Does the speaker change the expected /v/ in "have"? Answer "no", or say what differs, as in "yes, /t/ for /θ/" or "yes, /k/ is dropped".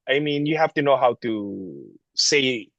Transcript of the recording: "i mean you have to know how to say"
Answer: yes, /f/ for /v/